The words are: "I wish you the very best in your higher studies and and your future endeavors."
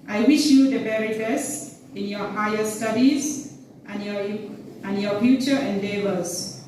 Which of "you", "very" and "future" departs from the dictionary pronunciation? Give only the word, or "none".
very